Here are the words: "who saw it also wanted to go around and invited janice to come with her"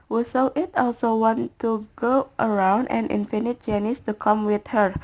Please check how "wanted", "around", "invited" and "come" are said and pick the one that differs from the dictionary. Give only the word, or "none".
invited